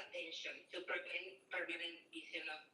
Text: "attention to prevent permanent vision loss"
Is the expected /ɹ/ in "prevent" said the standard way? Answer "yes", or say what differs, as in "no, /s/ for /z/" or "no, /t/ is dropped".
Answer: no, /ɹ/ is dropped